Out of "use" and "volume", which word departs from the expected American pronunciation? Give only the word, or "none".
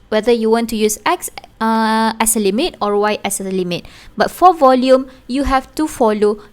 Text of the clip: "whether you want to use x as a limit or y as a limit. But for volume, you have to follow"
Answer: none